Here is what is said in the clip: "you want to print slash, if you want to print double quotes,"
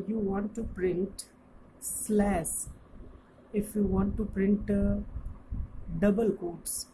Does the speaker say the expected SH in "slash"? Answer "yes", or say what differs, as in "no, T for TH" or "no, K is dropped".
no, S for SH